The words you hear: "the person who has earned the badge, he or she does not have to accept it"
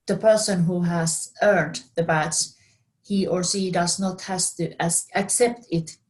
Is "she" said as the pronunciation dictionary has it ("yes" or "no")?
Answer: no